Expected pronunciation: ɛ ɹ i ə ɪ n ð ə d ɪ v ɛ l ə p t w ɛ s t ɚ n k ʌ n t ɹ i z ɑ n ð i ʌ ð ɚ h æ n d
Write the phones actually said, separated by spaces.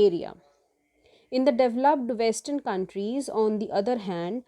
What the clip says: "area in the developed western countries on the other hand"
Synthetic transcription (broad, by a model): ɛ ɹ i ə ɪ n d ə d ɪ v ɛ l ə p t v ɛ s t ɚ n k ʌ n t ɹ i z ɑ n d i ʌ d ɚ h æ n d